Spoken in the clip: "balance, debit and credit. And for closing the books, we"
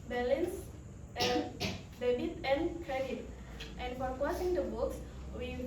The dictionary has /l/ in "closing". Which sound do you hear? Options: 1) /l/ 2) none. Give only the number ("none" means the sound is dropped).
2